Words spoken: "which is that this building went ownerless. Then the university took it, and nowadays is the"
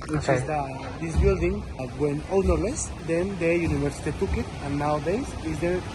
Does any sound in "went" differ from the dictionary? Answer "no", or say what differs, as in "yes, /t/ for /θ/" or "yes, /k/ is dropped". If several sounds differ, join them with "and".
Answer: yes, /t/ is dropped